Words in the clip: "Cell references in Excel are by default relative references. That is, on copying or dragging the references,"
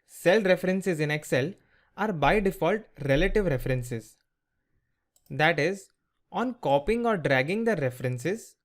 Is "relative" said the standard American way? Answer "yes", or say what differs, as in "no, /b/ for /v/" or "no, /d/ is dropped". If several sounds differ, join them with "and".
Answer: yes